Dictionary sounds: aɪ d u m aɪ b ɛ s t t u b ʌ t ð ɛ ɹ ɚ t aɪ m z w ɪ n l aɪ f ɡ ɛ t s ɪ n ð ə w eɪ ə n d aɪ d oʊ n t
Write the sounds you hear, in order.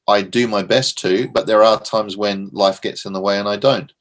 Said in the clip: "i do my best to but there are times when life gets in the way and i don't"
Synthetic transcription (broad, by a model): aɪ d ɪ m aɪ b ɛ s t t u b ʌ t ð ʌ ɹ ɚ t aɪ m z w ɪ n l aɪ f ɡ ɛ t s ɪ n ð ə w eɪ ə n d aɪ d oʊ n t